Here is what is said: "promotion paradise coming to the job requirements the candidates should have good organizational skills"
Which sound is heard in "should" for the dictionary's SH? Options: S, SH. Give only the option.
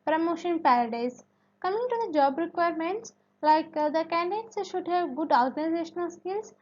SH